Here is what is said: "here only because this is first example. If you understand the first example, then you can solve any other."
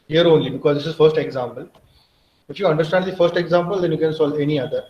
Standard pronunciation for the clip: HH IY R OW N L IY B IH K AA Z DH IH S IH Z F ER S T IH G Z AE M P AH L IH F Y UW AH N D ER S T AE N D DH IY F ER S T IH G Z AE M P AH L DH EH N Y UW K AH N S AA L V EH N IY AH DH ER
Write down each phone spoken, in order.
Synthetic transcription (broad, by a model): HH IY R OW N L IY B IH K AA Z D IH S IH Z F ER S T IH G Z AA M P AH L IH F Y UW AH N D ER S T AE N D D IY F ER S T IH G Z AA M P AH L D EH N Y UW K AH N S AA L EH N IY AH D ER